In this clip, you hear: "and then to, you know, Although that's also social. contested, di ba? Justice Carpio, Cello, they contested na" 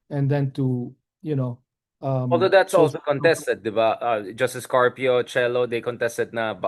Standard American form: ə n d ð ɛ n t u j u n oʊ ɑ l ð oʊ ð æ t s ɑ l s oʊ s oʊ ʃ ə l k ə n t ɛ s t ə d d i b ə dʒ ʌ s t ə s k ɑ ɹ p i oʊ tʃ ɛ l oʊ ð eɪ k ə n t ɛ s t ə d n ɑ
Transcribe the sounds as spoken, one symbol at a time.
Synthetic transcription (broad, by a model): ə n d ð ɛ n t u j u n oʊ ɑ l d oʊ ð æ t s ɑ l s s oʊ k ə n t ɛ s t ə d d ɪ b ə dʒ ʌ s t ə s k ɑ ɹ p i oʊ tʃ ɛ l oʊ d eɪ k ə n t ɛ s t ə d n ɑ